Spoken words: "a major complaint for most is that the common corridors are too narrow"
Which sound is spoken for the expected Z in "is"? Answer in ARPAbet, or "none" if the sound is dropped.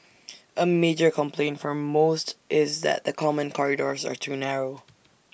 Z